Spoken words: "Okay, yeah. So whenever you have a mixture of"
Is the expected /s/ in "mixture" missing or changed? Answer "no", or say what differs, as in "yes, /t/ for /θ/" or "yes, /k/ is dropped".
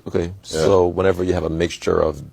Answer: no